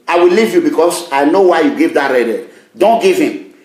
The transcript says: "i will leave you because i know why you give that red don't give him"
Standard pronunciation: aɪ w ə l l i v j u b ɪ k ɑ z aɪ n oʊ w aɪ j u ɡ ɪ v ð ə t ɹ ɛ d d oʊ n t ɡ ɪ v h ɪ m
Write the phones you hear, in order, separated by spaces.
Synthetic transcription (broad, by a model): aɪ w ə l l i v j u b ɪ k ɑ s aɪ n oʊ w aɪ j u ɡ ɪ v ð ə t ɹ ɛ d d oʊ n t ɡ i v h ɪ m